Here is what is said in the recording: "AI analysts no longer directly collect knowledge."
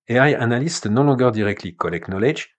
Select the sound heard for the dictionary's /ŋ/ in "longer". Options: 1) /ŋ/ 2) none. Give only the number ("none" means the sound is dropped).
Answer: 2